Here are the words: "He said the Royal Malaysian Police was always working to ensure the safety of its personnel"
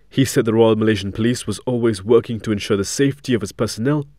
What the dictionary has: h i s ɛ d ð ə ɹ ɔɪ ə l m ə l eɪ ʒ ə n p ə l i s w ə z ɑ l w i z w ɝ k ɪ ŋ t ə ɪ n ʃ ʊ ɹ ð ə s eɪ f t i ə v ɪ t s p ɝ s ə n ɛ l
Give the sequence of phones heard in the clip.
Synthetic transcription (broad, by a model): h i s ɛ d ð ə ɹ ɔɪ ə l m ə l eɪ ʒ ə n p ə l i s w ə z ɑ l w i z w ɝ k ɪ ŋ t ə ɪ n ʃ ʊ ɹ ð ə s eɪ f t i ə v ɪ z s p ɝ s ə n ɛ l